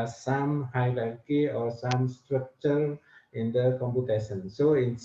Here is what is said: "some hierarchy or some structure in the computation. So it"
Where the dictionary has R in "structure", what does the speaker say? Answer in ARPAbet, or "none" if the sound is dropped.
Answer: R